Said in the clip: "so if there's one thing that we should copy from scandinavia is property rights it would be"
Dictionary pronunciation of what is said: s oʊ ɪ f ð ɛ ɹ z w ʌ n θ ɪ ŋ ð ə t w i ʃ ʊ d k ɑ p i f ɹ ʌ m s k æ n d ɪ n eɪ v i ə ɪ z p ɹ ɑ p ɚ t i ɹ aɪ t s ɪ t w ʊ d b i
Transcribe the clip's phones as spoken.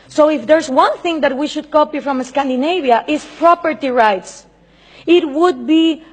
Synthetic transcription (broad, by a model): s oʊ ɪ f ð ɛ ɹ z w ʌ n θ ɪ ŋ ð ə t w i ʃ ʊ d k ɑ p i f ɹ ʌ m s k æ n d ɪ n eɪ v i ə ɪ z p ɹ ɑ p ɚ t i ɹ aɪ t s ɪ t w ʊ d b i